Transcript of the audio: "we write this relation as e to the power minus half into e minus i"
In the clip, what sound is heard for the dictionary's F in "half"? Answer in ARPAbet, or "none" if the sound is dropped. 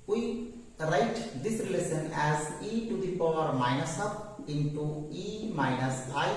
P